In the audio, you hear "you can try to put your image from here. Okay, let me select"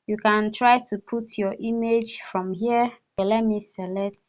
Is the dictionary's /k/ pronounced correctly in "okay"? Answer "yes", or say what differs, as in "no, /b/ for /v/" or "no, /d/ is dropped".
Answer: no, /k/ is dropped